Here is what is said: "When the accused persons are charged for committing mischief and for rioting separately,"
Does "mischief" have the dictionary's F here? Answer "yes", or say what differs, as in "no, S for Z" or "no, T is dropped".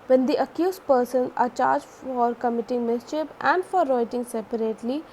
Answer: no, P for F